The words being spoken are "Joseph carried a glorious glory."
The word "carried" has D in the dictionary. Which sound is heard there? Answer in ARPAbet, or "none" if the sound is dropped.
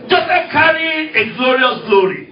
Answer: none